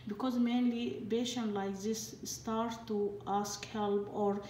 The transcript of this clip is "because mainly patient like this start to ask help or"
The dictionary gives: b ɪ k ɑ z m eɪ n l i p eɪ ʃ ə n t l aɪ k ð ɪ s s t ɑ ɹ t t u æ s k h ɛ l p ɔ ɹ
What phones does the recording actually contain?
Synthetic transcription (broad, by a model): b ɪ k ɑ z m eɪ n l i b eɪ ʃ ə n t l aɪ k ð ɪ s s t ɑ ɹ t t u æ s k h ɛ l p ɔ ɹ